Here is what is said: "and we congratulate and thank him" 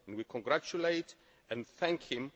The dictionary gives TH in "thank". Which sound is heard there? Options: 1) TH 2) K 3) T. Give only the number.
1